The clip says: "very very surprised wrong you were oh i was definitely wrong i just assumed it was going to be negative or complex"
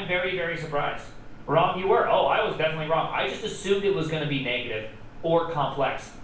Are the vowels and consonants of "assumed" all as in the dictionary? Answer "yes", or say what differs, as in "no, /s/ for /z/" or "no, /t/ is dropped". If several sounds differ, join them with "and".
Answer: yes